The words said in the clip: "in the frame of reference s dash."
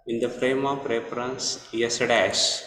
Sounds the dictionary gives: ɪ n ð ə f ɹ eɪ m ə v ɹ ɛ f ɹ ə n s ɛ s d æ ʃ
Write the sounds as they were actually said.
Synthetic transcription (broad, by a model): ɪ n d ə f ɹ eɪ m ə p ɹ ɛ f ɹ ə n s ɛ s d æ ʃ